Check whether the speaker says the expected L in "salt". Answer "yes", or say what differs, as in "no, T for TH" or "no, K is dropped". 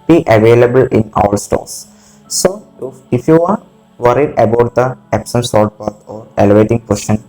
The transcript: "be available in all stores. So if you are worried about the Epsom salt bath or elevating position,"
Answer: no, L is dropped